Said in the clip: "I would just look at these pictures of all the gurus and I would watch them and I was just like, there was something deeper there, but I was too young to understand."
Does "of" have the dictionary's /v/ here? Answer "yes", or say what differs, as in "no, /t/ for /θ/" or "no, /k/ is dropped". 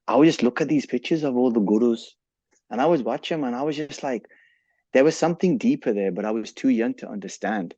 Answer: yes